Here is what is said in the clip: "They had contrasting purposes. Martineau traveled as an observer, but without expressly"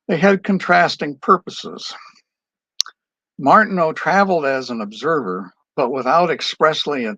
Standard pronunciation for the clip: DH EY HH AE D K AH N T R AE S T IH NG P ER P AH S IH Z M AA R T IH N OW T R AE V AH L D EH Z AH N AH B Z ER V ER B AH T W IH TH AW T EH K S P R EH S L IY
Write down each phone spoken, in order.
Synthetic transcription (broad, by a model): DH EY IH D K AH N T R AE S T IH NG P ER P AH S IH Z M AA R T N OW T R AE V L D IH Z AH N AH B Z ER V ER B AH T W IH TH AW T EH K S P R EH S L IY